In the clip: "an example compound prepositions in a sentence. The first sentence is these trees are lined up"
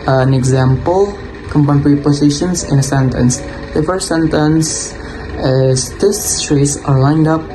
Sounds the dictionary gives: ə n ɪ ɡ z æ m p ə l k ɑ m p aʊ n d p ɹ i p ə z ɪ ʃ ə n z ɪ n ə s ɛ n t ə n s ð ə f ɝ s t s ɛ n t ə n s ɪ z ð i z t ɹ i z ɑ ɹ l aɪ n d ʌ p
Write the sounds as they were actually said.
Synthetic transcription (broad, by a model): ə n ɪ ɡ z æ m p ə l k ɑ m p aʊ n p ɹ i p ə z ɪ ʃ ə n s ɪ n ə s ɛ n t ə n s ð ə f ɝ s t s ɛ n t ə n s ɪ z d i s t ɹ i s ɑ ɹ l aɪ n d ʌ p